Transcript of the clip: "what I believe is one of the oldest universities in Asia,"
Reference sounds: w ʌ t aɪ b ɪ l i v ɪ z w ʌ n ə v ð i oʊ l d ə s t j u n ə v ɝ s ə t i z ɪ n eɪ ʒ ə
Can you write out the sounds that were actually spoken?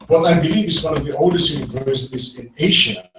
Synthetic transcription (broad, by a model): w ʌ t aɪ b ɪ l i ɪ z w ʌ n ə v ð i oʊ l d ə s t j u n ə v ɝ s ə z ɪ n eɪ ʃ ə